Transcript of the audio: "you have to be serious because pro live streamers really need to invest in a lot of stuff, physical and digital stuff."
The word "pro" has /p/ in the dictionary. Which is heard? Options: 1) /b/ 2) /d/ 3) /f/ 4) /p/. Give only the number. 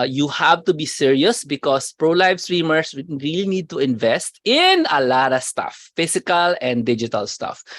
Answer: 4